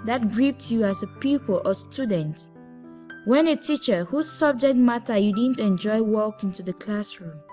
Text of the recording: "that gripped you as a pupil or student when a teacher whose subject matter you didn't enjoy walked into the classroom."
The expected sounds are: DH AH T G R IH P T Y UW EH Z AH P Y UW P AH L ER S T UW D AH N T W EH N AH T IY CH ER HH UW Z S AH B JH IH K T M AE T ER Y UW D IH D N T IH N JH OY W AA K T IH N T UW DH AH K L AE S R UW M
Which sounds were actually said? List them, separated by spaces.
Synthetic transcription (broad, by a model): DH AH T G R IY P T Y UW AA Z AH P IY P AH L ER S T UW D AH N T W EH N AH T IY CH ER HH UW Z S AH B JH IH K T M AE T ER Y UW D IH D N T IH N JH OY W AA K IH N T UW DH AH K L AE S R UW M